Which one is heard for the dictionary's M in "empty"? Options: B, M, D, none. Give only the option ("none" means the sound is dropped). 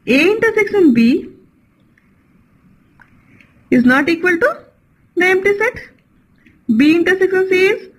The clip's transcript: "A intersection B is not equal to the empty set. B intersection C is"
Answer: M